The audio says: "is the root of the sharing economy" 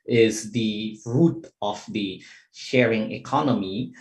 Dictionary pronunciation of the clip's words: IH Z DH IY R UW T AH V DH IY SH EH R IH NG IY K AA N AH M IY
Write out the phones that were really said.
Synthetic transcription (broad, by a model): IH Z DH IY R UW T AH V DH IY SH EH R IH NG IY K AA N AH M IY